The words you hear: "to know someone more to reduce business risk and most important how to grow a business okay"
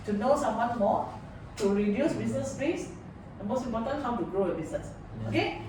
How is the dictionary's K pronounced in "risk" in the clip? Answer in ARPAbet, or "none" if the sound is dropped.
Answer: none